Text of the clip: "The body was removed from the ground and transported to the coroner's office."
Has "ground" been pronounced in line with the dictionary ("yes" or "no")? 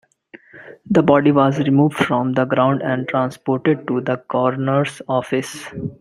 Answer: yes